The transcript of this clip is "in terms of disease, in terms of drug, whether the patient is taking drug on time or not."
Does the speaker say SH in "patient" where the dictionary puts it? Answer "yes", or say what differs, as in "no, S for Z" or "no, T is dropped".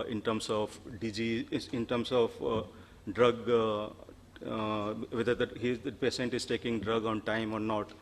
no, S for SH